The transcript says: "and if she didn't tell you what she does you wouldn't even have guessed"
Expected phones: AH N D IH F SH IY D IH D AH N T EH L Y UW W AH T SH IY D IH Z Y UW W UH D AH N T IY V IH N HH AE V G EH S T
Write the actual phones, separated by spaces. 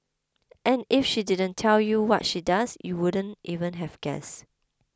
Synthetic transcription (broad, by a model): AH N IH F SH IY D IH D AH N T EH L Y UW W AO T SH IY D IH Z Y UW W UH D AH N T IY V IH N HH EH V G EH S